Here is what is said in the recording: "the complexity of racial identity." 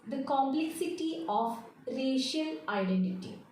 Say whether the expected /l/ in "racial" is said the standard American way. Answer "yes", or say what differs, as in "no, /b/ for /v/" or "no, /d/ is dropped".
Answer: yes